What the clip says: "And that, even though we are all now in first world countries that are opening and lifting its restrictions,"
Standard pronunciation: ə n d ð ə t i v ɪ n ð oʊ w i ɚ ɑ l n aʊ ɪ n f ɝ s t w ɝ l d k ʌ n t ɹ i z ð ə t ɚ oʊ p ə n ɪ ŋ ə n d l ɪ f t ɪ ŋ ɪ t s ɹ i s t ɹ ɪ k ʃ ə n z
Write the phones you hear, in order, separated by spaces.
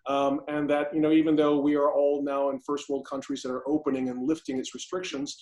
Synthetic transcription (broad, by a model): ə n ð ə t i v ɪ n ð oʊ w i ɚ ɑ l n aʊ ɪ n f ɝ s t w ɝ l d k ʌ n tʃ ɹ i z ð ə t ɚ oʊ p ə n ɪ ŋ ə n l ɪ f t ɪ ŋ ɪ t s ɹ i s t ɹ ɪ k ʃ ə n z